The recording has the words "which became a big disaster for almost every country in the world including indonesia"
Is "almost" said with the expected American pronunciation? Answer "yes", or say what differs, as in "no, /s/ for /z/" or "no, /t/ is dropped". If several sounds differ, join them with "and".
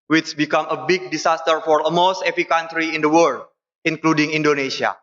no, /l/ is dropped